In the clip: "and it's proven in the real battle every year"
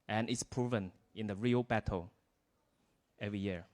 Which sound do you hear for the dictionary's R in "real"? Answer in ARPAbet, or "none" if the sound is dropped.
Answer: R